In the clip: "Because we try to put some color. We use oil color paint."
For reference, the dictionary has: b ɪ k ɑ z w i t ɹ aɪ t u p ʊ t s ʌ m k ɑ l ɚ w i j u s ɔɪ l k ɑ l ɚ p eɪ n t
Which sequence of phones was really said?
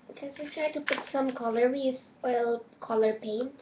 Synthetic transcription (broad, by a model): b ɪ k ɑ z w i t ɹ aɪ t u p ʊ t s ʌ m k ɑ l ɚ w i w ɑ ɪ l k ɑ l ɚ p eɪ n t